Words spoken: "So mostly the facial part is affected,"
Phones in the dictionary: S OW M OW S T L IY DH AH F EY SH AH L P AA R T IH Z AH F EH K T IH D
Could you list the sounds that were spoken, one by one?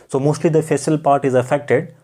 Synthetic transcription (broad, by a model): S OW M OW S T L IY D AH F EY S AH L P AA R T IH Z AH F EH K T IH D